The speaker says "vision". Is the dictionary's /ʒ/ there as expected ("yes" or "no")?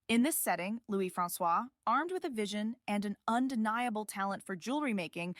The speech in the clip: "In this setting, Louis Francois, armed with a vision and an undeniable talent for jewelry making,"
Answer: yes